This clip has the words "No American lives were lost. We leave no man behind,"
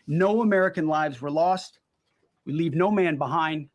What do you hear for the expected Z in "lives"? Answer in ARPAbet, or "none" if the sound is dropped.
Z